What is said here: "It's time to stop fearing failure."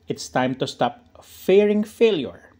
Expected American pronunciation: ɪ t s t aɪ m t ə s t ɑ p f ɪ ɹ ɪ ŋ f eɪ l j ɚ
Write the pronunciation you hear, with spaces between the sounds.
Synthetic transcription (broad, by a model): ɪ t s t aɪ m t ə s t ɑ p f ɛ ɹ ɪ ŋ f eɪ l j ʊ